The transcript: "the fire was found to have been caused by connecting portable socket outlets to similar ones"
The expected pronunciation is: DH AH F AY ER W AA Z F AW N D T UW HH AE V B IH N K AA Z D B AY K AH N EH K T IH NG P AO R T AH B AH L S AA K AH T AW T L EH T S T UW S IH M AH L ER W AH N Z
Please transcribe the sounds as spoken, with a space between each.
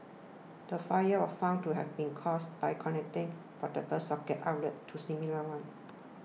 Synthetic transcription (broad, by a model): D AH F AY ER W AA F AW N T UW HH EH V B IH N K AA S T B AY K AH N EH K T IH NG F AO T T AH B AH S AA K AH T AW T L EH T T UW S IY M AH L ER W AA N